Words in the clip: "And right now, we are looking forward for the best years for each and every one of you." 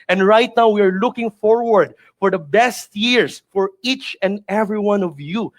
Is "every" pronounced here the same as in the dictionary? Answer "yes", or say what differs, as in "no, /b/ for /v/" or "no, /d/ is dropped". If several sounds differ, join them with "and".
yes